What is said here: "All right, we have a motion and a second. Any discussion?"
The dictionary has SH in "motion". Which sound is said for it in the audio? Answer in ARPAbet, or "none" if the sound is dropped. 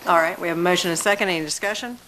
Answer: none